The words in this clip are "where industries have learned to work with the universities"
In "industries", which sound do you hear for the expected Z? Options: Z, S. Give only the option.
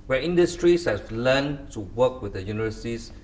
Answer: S